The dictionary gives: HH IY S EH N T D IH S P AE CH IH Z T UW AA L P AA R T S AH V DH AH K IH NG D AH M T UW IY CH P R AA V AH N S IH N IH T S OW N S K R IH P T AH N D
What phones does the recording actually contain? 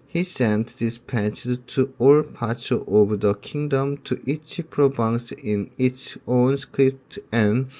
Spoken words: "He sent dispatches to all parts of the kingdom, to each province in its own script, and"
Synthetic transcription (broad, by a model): HH IY S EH N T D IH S P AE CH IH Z T UW AA L P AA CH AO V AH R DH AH K IH NG D AH M T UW IY CH P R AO B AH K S IH N IH T S OW N S K R IH P T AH N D